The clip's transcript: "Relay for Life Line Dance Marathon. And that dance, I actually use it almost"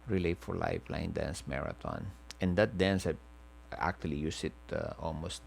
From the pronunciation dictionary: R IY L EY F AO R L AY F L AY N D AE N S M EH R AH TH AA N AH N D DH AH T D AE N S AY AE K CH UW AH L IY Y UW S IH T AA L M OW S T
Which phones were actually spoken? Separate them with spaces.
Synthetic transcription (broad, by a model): R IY L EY F AO R L AY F L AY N D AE N S M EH R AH T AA N AH N D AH T D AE N S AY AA K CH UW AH L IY Y UW S IH T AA L M OW S T